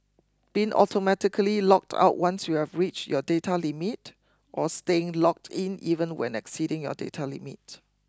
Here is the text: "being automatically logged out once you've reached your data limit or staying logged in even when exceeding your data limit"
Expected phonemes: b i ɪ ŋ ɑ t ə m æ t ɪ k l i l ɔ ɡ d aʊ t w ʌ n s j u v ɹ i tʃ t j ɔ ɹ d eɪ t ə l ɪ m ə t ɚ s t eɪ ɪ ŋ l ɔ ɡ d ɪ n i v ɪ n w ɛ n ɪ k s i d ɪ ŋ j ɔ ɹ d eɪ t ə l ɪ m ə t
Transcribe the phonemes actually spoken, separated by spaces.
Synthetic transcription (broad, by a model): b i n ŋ ɑ t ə m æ t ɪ k l i l ɔ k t aʊ t w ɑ n s j u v ɹ i tʃ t j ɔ d eɪ t ə l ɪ m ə t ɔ s t eɪ ɪ ŋ l ɔ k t ɪ n i v ɪ n w ɛ n ɪ k s i d ɪ ŋ j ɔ d eɪ t ə l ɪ m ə t